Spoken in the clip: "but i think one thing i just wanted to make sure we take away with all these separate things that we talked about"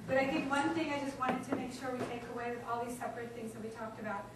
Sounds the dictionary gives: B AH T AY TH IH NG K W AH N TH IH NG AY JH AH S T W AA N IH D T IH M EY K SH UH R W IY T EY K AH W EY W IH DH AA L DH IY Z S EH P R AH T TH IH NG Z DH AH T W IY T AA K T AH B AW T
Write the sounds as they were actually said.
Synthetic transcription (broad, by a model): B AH T AY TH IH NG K W AH N TH IH NG AY JH AH S T W AA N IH D T IH M EY K SH UH R W IY T EY K AH W EY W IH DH AA L DH IY Z S EH P R AH T TH IH NG Z DH AH T W IY T AA K T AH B AW T